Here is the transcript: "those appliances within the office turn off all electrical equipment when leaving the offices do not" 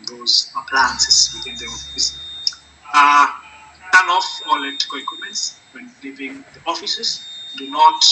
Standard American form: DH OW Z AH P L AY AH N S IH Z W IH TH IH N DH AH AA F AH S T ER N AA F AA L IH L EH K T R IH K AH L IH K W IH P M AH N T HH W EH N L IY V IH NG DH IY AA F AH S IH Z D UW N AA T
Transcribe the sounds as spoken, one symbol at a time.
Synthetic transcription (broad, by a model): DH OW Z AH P L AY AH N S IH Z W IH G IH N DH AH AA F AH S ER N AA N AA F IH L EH T IH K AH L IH K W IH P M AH N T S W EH N L IY V IH NG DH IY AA F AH S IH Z D UW N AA T